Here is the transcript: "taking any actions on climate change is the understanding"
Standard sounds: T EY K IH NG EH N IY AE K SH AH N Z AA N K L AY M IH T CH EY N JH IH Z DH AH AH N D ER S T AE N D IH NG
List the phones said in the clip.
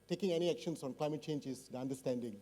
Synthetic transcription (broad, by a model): T EY K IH NG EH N IY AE K SH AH N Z AA N K L AY M IH T CH EY N JH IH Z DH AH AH N D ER S T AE N D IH NG